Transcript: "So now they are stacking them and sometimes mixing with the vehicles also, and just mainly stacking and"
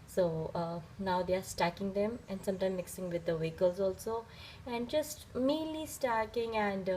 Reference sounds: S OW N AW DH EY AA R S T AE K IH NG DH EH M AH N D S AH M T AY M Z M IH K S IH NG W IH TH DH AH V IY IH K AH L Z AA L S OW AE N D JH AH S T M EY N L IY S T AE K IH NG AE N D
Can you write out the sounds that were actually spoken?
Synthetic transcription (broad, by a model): S OW N AW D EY AA R S T AE K IH NG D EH M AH N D S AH M T AY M M IH K S IH NG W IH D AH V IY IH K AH L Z AA L S OW AE N D JH AH S T M EY N L IY S T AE K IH NG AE N D